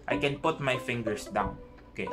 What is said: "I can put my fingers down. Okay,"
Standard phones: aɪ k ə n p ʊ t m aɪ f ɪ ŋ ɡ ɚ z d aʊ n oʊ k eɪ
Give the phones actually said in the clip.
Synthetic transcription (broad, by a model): aɪ k ə n p ʊ t m aɪ f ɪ ŋ ɡ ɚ s d aʊ n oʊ k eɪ